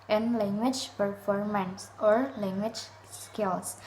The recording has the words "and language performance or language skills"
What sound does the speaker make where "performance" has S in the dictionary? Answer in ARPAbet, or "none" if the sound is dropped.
S